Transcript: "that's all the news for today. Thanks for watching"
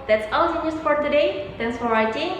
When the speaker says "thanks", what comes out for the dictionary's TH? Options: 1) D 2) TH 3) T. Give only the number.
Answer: 3